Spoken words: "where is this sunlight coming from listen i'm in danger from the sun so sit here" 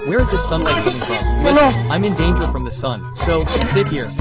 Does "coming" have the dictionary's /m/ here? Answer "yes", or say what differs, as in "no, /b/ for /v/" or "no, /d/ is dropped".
no, /m/ is dropped